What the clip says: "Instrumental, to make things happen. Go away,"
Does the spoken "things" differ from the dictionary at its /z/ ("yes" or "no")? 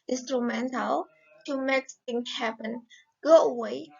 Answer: yes